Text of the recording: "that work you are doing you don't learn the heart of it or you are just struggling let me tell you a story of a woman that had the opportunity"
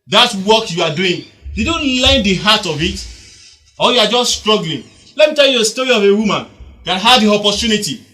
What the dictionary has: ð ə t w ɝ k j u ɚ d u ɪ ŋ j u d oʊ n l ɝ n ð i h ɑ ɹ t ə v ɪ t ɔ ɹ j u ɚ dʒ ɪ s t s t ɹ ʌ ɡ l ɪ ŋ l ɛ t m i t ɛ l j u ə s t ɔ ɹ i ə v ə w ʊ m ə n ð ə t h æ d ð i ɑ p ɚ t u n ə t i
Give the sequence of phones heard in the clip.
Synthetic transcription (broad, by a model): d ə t w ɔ k j u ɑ d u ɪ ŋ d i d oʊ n l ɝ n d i h ɑ t ə v ɪ t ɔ l j u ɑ dʒ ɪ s s t ɹ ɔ ɡ l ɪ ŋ l ɛ t m i t ɛ l j u ə s t ɔ ɹ i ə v ə w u m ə n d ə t h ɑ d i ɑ p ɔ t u n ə t i